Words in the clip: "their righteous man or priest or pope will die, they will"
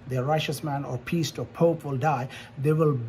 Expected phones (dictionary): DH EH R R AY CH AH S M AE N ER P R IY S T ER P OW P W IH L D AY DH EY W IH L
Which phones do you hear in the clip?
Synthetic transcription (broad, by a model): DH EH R R AY CH AH S M AE N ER P IY S T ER P OW P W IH L D AY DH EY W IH L